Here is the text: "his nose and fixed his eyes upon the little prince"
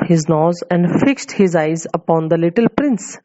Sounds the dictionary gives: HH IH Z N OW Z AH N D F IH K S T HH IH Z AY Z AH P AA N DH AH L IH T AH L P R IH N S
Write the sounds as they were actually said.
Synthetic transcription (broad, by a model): HH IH Z N OW Z AH N D F IH K S T HH IH Z AY Z AH P AA N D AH L IH T AH L P R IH N S